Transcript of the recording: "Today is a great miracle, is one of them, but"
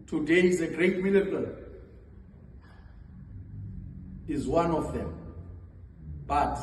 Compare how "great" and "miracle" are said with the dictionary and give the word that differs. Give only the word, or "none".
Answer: miracle